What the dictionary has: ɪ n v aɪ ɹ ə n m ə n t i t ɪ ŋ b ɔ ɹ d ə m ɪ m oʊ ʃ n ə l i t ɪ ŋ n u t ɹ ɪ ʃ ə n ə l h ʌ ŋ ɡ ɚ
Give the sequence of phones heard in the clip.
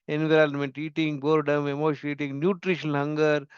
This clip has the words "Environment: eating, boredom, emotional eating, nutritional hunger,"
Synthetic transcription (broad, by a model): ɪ n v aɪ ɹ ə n m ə n t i t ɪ ŋ b ɔ ɹ d ə m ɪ m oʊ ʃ ə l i t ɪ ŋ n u t ɹ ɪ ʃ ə n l h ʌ ŋ ɡ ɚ